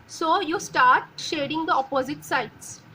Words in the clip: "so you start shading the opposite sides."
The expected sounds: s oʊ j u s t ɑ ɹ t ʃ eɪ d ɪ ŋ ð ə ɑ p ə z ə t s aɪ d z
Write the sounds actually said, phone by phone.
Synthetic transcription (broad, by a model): s oʊ j u s t ɑ ɹ t ʃ eɪ d ɪ ŋ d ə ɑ p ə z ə t s aɪ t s